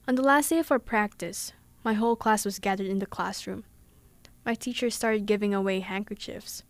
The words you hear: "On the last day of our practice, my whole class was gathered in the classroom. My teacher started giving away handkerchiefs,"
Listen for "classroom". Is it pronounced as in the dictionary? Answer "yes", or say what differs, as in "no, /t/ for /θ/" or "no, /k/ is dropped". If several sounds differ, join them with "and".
yes